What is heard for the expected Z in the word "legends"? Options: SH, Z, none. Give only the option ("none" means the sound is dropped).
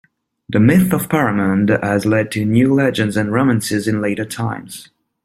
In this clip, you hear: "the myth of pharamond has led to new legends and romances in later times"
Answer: Z